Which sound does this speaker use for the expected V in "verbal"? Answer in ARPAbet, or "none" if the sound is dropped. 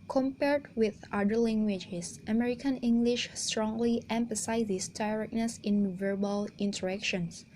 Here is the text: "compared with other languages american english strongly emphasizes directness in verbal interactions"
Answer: V